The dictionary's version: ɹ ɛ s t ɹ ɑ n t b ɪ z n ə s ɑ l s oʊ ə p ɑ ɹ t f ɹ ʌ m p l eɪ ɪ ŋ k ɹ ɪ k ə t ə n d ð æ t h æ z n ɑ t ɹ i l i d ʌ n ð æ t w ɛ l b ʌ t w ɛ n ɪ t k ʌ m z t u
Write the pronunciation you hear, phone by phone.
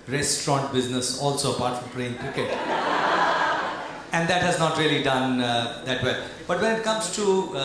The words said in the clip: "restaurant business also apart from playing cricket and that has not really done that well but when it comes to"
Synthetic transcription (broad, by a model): ɹ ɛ s t ɹ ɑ n t b ɪ z n ə s ɑ l s oʊ ə p ɑ ɹ t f ɹ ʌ m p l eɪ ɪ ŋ k ɹ ɪ k ə t ə n d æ t h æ z n ɑ t ɹ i l i d ʌ n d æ t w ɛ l b ʌ t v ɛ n ɪ t k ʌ m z t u